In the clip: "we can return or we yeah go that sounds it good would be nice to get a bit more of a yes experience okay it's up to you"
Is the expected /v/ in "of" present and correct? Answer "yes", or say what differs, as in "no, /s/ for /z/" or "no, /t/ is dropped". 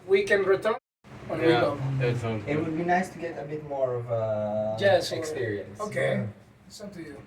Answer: yes